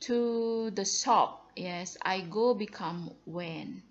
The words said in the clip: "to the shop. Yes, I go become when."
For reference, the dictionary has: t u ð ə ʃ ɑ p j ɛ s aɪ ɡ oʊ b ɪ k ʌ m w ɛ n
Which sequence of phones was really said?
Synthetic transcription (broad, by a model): t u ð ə s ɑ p j ɛ s aɪ ɡ oʊ b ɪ k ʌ m w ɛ n